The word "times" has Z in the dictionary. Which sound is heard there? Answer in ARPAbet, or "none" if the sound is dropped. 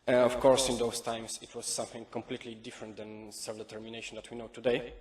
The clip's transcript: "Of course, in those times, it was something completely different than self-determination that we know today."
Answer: S